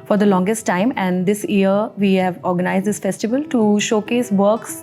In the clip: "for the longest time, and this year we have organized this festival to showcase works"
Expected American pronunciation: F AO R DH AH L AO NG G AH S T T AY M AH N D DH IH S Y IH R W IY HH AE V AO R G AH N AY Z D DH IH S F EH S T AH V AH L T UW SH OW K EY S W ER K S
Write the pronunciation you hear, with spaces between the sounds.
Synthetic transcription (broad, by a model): F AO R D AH L AO NG G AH S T T AY M AH N D IH S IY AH R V IY HH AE V AO R G AH N AY Z D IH S F EH S T AH V AH L T UW SH OW K EY S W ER K S